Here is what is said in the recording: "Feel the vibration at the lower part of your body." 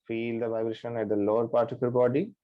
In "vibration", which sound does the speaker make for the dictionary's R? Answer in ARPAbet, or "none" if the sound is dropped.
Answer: R